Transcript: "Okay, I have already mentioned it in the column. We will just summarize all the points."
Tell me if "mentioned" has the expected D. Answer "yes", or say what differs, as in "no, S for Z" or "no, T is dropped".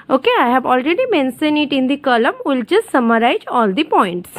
no, D is dropped